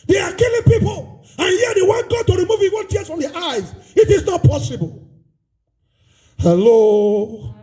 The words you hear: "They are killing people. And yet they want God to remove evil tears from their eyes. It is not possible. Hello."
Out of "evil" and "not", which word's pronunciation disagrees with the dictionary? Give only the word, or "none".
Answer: evil